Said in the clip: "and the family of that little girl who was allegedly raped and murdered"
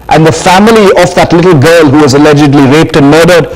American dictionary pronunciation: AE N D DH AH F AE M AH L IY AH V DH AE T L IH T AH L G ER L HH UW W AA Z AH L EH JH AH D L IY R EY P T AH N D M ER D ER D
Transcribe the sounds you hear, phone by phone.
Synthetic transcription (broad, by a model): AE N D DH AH F AE M AH L IY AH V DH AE T L IH T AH L G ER L HH UW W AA Z AH L EH JH AH D L IY R EY P T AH N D M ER D ER D